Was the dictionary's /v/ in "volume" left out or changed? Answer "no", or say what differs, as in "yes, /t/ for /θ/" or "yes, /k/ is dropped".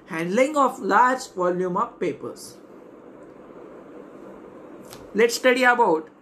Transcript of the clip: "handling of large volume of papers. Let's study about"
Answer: no